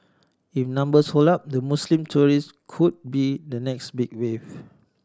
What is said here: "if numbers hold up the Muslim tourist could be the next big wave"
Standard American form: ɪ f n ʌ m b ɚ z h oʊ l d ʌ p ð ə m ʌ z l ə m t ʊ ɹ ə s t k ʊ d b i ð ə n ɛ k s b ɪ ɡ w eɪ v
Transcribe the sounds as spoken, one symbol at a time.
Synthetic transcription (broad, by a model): ɪ f n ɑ m b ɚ s h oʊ l ɑ p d ə m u s l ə m t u ɹ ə s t k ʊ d b i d ə n ɛ k s b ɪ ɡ w eɪ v